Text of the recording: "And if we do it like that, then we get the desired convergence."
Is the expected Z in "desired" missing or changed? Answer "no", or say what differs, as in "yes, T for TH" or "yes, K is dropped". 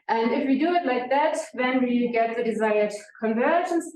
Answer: no